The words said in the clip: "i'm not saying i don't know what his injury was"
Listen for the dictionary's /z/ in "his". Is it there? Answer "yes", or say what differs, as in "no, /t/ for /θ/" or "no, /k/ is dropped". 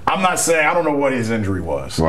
yes